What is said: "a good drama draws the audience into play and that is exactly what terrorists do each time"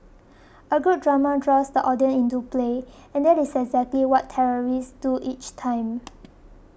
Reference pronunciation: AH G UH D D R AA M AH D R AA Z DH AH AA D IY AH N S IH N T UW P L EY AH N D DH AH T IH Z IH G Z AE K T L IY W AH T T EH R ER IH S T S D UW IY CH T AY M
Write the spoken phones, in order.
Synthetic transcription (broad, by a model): AH G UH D D R AA M AH D R AA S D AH AA D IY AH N IH N T UW P L EY AH N D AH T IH S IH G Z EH K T L IY W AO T T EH R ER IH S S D UW IY CH T AY M